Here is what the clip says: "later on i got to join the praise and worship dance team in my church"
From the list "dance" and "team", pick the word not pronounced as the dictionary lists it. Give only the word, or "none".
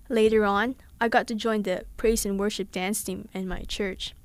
none